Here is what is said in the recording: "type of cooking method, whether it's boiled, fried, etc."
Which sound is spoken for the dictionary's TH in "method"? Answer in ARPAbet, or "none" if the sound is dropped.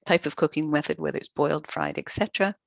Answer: TH